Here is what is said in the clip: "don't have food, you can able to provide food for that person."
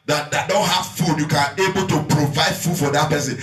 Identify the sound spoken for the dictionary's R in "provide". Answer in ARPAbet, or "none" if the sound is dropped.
R